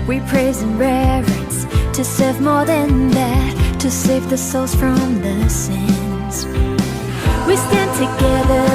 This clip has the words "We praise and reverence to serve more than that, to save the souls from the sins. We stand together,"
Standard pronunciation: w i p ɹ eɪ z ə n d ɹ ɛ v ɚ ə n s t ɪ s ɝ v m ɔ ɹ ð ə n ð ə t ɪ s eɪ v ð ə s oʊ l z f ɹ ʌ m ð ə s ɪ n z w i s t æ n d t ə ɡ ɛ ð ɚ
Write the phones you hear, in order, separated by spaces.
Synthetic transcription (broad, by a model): w i p ɹ eɪ z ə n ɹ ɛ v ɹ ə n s t ɪ s ɝ v m ɔ ɹ ð ə n ð ə t ɪ s eɪ v ð ə s oʊ l z f ɹ ʌ m ð ə s ɪ n z w i s t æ n t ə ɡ ɛ ð ɚ